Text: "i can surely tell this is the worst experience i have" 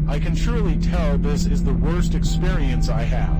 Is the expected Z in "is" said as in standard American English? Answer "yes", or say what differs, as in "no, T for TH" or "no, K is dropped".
yes